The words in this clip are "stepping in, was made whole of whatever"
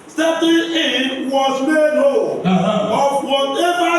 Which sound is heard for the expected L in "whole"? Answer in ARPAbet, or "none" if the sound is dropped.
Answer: N